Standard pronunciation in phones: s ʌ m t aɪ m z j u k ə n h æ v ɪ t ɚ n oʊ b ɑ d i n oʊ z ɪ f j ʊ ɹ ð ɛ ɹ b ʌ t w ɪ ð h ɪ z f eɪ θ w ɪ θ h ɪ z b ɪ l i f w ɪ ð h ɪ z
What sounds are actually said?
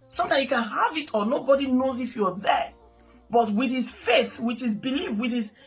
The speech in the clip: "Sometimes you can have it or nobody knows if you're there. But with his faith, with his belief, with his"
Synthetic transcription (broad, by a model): s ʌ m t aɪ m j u k ə n h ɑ v ɪ t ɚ n oʊ b ɑ d i n oʊ z ɪ f j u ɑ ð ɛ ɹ b ʌ t w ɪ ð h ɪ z f eɪ θ w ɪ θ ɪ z b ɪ l i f w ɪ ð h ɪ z